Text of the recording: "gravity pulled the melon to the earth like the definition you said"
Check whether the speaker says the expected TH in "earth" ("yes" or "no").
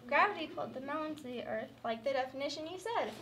yes